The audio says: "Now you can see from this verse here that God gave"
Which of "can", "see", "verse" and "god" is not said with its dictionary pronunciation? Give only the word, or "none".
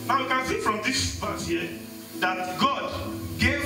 verse